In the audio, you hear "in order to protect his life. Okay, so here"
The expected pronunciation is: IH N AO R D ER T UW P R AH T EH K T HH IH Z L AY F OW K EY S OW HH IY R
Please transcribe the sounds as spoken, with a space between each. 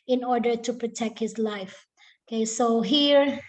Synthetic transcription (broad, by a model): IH N AO R D ER T UW P R AH T EH K T HH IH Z L AY F OW K EY S OW HH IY R